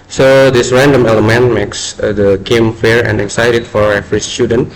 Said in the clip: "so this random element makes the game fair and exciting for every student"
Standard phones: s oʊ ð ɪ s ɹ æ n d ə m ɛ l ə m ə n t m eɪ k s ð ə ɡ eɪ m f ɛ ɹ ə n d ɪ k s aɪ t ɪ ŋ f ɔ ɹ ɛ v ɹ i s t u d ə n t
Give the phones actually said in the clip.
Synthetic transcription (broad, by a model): s oʊ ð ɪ s ɹ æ n d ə m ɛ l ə m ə n m eɪ k s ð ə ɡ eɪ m f ɛ ɹ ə n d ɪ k s aɪ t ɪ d f ɔ ɹ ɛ f ɹ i s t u d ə n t